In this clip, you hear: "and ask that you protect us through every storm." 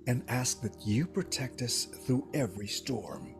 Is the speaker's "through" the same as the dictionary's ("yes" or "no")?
yes